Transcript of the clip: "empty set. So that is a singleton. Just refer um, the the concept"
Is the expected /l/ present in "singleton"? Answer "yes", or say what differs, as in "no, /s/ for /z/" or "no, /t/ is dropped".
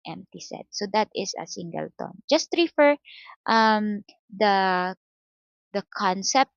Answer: yes